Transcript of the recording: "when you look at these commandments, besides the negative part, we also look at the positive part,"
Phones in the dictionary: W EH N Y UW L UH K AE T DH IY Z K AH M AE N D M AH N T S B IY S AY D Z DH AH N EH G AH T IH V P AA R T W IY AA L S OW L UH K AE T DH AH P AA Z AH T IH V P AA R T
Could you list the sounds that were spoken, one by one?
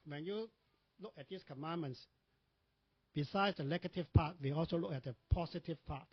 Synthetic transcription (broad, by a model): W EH N Y UW L UH K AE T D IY S K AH M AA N M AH N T S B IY S AY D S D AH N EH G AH T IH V P AA T W IY AA L S OW L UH K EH T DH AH P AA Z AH T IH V P AA T